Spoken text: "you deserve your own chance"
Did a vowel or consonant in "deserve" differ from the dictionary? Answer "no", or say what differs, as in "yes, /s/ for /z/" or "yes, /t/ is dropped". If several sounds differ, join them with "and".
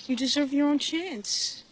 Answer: no